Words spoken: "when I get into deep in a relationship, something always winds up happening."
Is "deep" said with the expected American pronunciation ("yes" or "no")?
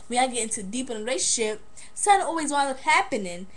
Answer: yes